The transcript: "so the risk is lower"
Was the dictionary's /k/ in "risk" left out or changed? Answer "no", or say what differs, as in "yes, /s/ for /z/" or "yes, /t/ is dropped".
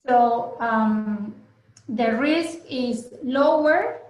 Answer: no